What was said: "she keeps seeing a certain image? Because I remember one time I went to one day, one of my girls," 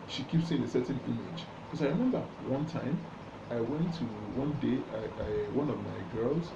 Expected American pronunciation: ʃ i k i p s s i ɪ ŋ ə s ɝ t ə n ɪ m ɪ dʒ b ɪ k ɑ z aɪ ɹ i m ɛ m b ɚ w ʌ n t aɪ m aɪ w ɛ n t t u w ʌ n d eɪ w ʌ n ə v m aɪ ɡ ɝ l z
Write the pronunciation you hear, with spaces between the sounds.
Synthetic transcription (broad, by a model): ʃ i k i p s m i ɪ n ə s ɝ t n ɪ m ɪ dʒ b k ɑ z aɪ ɹ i m ɛ m b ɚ w ʌ n t aɪ m aɪ w ɛ n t t u w ʌ n d eɪ w ʌ n ə v m aɪ ɡ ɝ l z